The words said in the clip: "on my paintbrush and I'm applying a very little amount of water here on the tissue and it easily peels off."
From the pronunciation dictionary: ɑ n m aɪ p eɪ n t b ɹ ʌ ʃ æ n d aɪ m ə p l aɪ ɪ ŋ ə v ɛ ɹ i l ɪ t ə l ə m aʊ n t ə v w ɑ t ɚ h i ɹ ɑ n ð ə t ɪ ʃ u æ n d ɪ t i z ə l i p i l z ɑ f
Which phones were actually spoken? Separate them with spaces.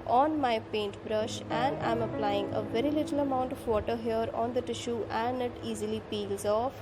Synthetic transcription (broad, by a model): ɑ n m aɪ p eɪ n t b ɹ ʌ ʃ æ n d aɪ m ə p l aɪ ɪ ŋ ə v ɛ ɹ i l ɪ t ə l ə m aʊ n t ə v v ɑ t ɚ h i ɹ ɑ n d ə t ɪ ʃ u æ n d ɪ t i z ə l i p i l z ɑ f